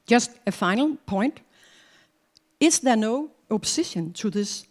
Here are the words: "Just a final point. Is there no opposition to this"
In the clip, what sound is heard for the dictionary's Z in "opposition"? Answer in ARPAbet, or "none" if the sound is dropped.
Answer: S